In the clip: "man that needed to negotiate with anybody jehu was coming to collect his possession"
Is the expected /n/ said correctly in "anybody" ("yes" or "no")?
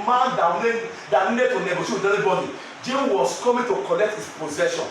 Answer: no